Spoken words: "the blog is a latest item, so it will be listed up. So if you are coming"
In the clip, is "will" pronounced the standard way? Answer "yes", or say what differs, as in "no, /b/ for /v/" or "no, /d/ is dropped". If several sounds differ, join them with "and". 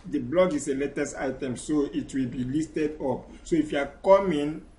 yes